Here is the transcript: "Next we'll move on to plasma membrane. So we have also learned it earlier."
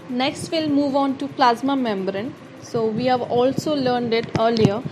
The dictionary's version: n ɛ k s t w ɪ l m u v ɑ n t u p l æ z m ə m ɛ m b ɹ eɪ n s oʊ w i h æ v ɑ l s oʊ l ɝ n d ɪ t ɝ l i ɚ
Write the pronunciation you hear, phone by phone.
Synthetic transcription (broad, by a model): n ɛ k s t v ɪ l m u v ɑ n t u p l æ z m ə m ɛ m b ɹ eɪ n s oʊ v i h æ v ɑ l s oʊ l ɝ n d ɪ t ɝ l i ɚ